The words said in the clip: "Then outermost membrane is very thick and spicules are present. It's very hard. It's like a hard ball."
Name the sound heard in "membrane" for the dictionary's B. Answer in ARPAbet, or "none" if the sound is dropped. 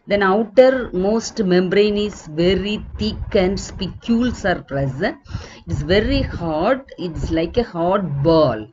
B